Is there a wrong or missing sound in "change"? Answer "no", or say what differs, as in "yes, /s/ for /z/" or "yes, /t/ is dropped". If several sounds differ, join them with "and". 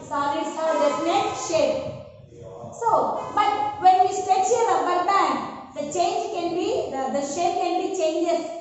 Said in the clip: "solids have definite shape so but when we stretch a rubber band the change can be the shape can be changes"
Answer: no